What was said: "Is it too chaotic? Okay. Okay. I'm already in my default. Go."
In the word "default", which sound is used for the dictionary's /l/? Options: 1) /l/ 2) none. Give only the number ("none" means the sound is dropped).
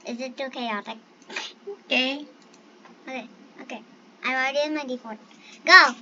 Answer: 2